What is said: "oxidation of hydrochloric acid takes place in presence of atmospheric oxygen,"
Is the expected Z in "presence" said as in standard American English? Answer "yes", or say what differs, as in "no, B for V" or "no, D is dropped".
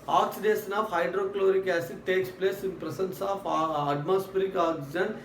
no, S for Z